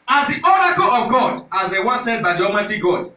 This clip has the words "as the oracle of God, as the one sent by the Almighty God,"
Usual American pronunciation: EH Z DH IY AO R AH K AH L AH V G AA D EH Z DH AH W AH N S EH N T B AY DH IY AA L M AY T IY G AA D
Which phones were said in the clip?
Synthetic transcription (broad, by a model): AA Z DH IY AO R AH K AH L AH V G AA D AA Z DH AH W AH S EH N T B AY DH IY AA M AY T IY G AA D